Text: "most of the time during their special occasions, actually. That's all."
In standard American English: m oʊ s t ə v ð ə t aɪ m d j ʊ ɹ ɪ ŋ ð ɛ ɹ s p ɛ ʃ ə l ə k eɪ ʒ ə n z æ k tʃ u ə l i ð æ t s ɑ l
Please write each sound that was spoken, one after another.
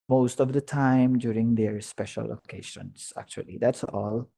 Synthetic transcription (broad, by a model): m oʊ s t ə v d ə t aɪ m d j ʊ ɹ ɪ ŋ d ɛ ɹ s p ɛ ʃ ə l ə k eɪ ʃ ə n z æ k tʃ u ə l i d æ t s ɑ l